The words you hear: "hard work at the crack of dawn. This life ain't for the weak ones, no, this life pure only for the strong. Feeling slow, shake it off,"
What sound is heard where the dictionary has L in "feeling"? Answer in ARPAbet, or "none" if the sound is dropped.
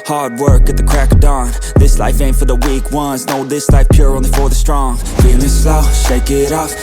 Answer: N